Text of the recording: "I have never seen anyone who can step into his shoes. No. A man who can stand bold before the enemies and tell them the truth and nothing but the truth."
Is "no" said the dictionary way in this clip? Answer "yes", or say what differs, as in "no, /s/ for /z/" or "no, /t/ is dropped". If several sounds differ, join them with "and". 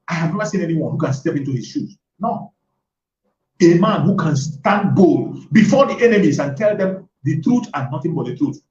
yes